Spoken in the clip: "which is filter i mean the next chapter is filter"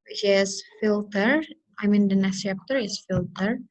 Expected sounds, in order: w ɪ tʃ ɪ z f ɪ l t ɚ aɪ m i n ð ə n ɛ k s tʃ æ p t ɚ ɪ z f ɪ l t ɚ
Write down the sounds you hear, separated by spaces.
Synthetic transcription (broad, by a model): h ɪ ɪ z f ɪ l t ɚ aɪ m i n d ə n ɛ s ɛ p t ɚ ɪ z f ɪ l t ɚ